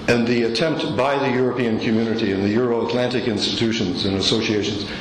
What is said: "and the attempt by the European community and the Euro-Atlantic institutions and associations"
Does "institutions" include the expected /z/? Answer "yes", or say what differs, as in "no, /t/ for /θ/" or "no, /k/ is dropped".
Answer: yes